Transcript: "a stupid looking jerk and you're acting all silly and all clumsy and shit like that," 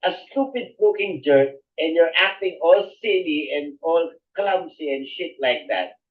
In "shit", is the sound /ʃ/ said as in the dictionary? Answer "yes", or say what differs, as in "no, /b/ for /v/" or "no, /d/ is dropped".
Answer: yes